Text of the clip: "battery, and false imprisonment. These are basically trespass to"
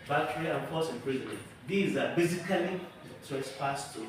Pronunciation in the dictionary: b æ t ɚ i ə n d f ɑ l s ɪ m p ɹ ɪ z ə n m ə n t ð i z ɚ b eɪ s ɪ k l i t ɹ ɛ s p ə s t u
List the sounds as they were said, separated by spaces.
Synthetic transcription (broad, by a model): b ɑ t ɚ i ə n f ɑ s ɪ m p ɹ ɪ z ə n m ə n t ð i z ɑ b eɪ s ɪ k l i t ɛ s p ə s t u